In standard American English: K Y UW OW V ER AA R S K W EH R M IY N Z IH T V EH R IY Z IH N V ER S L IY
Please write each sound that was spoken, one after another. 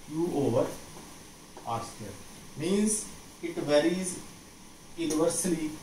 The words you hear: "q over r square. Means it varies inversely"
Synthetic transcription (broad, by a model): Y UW OW V ER AA R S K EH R M IY N Z IH T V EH R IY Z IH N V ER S L IY